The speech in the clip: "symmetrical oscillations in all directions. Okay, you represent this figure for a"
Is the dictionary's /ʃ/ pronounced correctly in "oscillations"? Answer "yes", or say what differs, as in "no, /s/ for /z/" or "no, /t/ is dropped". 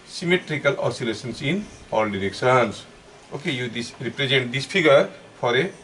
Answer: no, /s/ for /ʃ/